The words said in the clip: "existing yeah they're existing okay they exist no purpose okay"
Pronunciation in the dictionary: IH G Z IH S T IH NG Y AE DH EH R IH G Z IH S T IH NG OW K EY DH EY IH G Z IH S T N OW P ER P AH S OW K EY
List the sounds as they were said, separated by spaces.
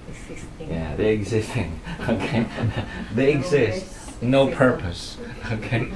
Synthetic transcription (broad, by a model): Y AE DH EH IH G Z IH S T IH NG OW K EY DH EY IH G Z IH S T N OW P ER P AH S OW K EY